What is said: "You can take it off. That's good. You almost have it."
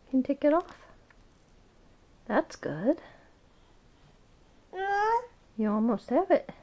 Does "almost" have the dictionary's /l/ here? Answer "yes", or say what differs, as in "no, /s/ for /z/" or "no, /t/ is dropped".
no, /l/ is dropped